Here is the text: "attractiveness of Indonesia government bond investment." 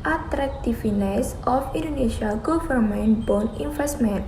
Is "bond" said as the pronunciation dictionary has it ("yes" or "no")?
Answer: no